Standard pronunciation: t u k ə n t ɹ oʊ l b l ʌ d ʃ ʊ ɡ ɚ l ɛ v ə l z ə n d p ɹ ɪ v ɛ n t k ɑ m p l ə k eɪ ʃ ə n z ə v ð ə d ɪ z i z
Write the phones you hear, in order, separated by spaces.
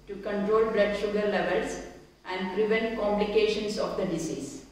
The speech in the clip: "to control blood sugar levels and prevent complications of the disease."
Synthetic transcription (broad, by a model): t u k ə n t ɹ oʊ l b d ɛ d ʃ ʊ ɡ ɚ l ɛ v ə l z ə n d p ɹ ɪ v ɛ n t k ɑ m p l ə k eɪ ʃ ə n s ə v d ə d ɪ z i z